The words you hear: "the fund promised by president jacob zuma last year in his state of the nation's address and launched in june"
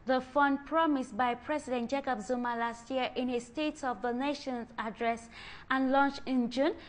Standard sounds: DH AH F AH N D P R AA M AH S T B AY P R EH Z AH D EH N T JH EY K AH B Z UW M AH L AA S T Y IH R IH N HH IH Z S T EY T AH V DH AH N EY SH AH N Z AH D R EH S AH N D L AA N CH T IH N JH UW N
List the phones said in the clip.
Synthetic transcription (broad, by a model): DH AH F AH N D P R AA M AH S T B AY P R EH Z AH D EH N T JH EY K AH B Z UW M AH L AA S T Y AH R IH N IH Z S T EY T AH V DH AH N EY SH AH N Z AH D R EH S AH N L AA N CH IH N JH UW N